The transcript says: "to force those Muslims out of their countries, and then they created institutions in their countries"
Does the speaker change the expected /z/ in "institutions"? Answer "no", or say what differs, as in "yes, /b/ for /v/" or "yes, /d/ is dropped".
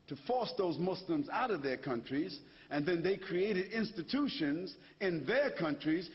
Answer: no